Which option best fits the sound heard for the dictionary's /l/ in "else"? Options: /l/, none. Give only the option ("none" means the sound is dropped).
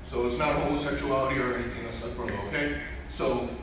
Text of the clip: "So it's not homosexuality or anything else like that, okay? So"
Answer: none